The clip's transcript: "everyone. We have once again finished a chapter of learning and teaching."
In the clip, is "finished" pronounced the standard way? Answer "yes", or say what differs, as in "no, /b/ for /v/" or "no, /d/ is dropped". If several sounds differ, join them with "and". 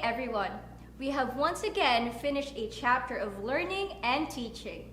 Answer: yes